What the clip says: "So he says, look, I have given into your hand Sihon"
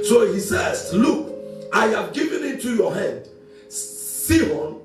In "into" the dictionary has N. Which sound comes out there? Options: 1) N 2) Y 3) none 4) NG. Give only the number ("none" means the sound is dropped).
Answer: 3